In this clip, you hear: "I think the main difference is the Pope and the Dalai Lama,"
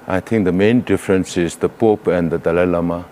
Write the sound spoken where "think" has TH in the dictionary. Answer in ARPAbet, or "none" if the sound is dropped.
T